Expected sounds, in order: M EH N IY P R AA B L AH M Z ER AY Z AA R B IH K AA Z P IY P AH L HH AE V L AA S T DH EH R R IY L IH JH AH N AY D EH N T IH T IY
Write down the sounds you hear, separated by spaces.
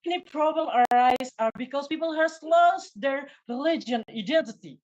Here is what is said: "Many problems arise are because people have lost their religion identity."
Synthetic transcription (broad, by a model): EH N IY P R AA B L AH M ER AY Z AA R B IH K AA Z P IY P AH L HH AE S L AA S T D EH R R IY L IH JH AH N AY D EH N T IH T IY